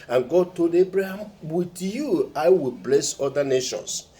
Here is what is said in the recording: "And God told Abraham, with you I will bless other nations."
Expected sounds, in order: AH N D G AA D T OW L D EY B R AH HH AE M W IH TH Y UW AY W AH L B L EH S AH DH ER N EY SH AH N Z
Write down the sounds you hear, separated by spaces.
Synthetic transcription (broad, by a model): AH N G AA D T OW L D EY B R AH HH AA M W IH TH Y UW AY W AH L B L EH S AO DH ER N EY SH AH N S